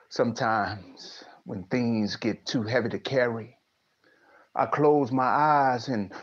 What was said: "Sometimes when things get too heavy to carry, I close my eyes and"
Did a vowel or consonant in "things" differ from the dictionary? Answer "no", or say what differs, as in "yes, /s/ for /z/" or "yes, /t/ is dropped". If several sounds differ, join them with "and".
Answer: no